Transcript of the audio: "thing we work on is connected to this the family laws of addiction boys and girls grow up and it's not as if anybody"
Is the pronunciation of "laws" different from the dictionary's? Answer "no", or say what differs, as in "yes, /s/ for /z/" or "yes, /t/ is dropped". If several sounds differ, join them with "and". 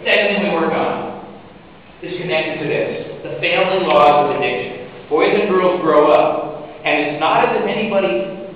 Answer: no